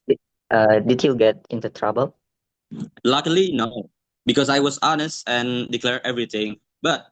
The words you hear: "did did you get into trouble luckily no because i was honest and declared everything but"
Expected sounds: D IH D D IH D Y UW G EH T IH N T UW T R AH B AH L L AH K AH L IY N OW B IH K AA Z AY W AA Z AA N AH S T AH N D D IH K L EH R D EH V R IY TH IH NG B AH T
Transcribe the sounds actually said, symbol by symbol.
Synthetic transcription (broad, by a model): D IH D D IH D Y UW G EH T IH N T UW T R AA B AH L L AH K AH L IY N OW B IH K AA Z AY W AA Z AA N AH S T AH N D D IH K L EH R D EH V R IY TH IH NG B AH T